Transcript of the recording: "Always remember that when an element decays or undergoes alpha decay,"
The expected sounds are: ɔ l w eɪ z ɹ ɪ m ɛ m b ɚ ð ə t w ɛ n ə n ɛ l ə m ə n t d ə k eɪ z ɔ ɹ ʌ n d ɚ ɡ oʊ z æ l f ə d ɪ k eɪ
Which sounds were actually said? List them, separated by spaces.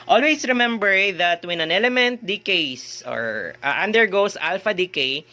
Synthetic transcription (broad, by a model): ɔ l w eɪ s ɹ ɪ m ɛ m b ɚ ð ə t w ɛ n ə n ɛ l ə m ə n t d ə k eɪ s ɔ ɹ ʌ n d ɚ ɡ oʊ s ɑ l f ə d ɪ k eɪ